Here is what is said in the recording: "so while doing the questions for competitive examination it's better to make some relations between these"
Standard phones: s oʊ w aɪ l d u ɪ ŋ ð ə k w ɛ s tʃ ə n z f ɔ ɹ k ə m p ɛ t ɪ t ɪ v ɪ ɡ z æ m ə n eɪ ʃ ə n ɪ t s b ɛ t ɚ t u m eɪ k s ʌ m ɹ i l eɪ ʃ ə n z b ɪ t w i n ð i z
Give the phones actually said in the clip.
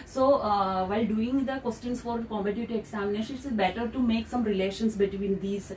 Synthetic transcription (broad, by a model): s oʊ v aɪ l d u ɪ ŋ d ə k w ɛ s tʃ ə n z f ɔ ɹ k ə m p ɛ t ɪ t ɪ ɪ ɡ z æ m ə n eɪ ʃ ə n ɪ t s b ɛ t ɚ t u m eɪ k s ʌ m ɹ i l eɪ ʃ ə n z b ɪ t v i n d i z